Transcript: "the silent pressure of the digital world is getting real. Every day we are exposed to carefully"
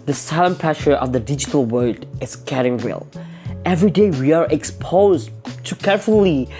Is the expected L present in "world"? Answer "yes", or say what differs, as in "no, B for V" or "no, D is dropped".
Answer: no, L is dropped